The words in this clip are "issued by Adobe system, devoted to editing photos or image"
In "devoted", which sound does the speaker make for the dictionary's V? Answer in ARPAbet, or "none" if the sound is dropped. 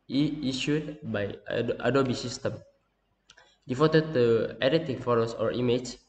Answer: F